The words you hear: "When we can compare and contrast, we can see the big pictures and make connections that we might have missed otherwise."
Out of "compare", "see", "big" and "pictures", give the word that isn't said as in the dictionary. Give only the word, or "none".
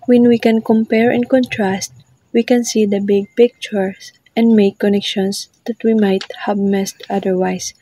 pictures